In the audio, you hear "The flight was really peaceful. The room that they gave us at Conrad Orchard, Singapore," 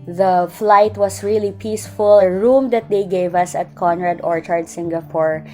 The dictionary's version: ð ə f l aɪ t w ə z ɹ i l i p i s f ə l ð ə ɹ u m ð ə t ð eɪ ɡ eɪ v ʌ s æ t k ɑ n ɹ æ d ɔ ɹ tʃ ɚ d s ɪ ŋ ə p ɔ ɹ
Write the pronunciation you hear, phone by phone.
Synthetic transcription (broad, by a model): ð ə f l aɪ t w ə s ɹ i l i p i s f ə l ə ɹ u m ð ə t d eɪ ɡ eɪ v ʌ s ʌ t k ɑ n ɹ æ d ɔ ɹ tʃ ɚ d s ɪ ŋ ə p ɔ ɹ